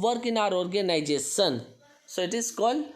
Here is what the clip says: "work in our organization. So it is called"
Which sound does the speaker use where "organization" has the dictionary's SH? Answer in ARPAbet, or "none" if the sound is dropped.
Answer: S